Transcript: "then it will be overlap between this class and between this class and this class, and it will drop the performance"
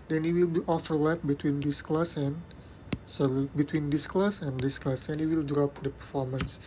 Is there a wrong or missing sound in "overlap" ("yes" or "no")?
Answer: yes